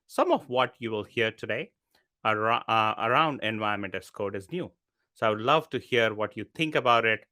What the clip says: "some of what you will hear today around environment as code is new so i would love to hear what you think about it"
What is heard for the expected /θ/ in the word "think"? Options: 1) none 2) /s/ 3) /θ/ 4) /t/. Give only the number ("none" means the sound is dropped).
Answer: 4